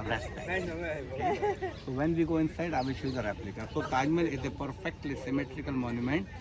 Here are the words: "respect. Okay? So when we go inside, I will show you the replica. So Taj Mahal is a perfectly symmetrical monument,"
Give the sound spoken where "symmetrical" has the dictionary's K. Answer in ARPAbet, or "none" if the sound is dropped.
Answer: K